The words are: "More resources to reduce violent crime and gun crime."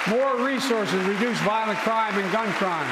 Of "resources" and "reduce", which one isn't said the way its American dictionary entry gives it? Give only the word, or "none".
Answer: none